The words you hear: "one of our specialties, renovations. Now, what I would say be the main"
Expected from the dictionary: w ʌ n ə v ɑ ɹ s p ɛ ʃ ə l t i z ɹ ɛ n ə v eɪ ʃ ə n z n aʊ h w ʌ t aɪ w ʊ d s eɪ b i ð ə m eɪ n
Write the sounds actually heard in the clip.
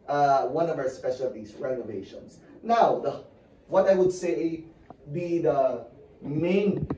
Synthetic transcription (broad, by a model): w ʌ n ə v ɑ ɹ s p ɛ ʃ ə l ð i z ɹ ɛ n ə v eɪ ʃ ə n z n aʊ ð w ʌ t aɪ w ʊ d s eɪ b i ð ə m eɪ n